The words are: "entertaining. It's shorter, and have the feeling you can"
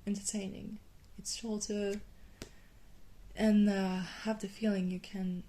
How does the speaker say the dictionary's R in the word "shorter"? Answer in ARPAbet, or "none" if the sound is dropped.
L